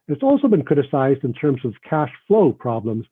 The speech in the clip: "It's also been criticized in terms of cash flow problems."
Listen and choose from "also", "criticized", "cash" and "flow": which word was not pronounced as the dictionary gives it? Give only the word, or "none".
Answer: none